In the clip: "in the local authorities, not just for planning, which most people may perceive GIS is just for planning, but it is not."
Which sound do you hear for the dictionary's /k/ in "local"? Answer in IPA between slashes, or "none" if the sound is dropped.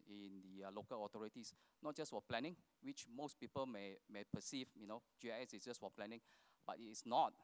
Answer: /k/